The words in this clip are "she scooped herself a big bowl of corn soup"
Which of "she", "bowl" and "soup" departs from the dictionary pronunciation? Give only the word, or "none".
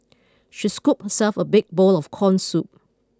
none